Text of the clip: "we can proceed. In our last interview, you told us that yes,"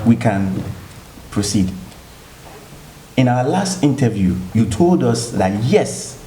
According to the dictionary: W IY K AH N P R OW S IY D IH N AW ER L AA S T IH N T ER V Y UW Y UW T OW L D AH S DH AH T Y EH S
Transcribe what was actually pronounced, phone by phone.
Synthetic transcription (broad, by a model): W IY K AH N P R OW S IY D IH N AW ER L AA S T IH N T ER V Y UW Y UW T OW L D AH S DH AH T Y EH S